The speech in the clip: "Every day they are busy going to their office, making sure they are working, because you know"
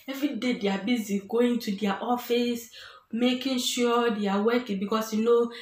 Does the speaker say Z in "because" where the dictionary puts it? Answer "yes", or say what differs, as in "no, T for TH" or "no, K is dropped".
no, S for Z